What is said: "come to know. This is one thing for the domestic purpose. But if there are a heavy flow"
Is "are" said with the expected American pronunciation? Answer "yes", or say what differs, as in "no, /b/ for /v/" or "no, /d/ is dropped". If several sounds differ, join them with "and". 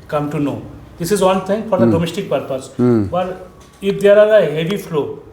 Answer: no, /l/ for /ɹ/